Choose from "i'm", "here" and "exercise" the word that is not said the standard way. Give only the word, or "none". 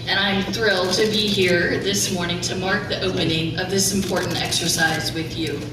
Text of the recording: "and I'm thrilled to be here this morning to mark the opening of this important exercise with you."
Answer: none